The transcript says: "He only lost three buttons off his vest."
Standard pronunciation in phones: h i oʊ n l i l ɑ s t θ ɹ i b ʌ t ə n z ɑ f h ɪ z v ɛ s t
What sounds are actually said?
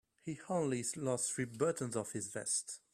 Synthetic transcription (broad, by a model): h i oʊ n l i l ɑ s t θ ɹ i b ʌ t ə n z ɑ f h ɪ z v ɛ s t